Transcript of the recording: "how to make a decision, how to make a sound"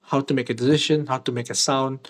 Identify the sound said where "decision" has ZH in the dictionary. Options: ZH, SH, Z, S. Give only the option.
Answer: SH